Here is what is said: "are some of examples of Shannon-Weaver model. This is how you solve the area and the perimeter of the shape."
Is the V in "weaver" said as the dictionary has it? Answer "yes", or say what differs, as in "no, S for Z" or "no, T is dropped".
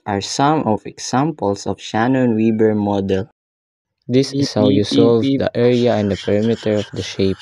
no, B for V